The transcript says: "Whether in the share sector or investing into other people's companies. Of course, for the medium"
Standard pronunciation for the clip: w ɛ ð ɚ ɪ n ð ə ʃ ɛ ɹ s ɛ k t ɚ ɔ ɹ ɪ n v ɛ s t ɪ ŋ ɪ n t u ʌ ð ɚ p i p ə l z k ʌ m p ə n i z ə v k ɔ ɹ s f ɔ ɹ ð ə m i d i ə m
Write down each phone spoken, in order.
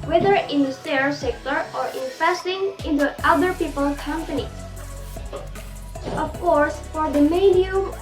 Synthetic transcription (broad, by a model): w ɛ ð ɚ ɪ n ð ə s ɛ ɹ s ɛ k t ɚ ɔ ɹ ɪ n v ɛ s t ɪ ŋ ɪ n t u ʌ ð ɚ p i p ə l k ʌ m p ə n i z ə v k ɔ ɹ s f ɔ ɹ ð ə m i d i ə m